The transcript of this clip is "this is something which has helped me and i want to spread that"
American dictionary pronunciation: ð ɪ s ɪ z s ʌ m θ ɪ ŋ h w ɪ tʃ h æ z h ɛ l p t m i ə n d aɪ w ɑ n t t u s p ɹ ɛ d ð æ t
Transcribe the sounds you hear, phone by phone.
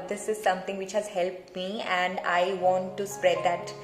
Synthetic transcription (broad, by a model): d ɪ s ɪ z s ʌ m t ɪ ŋ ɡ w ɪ tʃ h æ z h ɛ l p t m i ə n d aɪ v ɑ n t t u s p ɹ ɛ d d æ t